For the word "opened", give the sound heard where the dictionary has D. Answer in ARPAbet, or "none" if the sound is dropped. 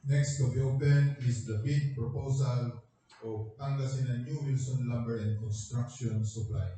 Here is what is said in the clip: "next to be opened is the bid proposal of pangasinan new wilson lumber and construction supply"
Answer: none